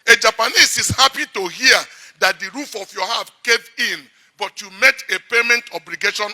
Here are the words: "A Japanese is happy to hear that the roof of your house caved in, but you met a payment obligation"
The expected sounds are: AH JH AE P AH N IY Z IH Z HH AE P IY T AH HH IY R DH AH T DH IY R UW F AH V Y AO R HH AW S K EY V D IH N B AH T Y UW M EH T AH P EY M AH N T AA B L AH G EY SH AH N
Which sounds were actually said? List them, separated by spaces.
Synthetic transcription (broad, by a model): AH JH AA P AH N IY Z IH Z HH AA P IY T AH HH IY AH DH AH T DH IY R UW F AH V Y AO HH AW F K EY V IH N B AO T Y UW M EH T AH P EY M AH N T AA B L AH G EY SH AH N